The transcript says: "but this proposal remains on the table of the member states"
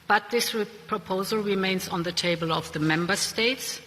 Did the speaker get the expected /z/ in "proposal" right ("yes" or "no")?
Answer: yes